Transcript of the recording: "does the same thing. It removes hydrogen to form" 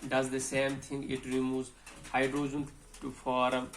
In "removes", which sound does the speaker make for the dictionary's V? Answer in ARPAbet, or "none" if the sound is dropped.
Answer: none